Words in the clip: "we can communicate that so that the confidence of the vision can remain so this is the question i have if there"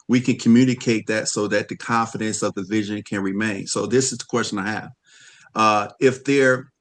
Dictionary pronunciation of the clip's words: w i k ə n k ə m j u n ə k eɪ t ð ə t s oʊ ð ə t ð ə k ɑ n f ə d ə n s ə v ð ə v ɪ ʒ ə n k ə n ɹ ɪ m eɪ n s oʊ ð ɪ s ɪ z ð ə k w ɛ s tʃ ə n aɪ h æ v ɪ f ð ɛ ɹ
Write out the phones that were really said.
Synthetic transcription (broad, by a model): w i k ə n k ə m j u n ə k eɪ t ð ə t s oʊ ð ə t ð ə k ɑ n f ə d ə n s ə v ð ə v ɪ ʒ ə n k ə n ɹ ɪ m eɪ n s oʊ ð ɪ s ɪ z ð ə k w ɛ s tʃ ə n aɪ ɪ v ɪ f ð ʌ ɹ